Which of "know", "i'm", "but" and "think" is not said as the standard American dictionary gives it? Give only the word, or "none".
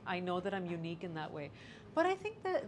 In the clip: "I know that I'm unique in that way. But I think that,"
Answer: none